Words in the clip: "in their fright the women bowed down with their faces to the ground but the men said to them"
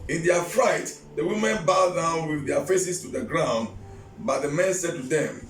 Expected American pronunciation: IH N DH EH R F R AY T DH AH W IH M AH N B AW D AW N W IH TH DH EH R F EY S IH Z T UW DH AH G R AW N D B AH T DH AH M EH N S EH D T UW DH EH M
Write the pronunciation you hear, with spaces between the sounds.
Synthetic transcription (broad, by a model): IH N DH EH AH F R AY T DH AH W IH M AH N B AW D AW N W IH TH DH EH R F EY S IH S T UW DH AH G R AW N D B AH T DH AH M EH N S EH D T UW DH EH M